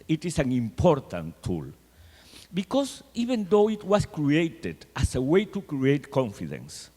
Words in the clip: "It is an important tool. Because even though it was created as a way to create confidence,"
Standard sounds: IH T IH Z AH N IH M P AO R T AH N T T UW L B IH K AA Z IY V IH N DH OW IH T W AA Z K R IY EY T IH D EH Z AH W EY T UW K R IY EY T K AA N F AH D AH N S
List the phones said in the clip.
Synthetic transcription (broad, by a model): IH T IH S AH N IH M P AO R T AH N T T UW L B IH K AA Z IY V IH N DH OW IH T W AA S K R IY EY T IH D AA S AH W EY T UW K R IY EY T K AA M F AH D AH N S